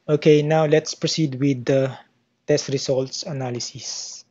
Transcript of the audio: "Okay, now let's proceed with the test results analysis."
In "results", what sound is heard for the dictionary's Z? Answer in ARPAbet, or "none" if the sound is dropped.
S